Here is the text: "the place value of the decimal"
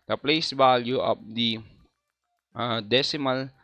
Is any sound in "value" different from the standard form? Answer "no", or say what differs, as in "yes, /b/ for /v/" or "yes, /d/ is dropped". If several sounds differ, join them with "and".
yes, /b/ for /v/